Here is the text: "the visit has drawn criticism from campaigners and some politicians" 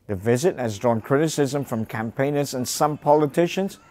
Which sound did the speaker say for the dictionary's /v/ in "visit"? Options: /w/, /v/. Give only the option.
/v/